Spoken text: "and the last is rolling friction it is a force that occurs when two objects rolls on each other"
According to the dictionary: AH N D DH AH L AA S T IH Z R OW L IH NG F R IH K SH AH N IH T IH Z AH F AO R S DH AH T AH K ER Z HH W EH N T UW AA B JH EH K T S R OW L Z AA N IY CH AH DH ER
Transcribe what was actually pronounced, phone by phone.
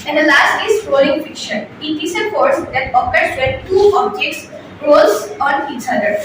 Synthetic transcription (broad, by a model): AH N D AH L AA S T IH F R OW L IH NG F IH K SH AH N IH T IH S AH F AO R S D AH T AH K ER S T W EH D T UW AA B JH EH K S R OW L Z AA N IY CH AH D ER